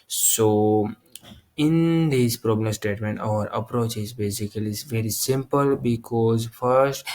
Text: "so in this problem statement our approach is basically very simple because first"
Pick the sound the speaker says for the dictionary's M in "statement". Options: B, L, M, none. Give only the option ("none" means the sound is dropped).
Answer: M